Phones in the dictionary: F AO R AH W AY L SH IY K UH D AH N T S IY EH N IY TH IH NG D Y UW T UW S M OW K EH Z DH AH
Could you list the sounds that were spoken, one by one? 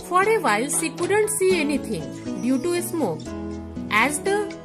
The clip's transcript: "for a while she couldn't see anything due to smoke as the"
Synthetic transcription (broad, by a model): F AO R AH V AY L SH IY K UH D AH N T S IY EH N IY T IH NG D Y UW T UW S M OW K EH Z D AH